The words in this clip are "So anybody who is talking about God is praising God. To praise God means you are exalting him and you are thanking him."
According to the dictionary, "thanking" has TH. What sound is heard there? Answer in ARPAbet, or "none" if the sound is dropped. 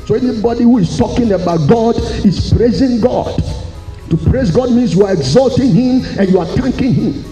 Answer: T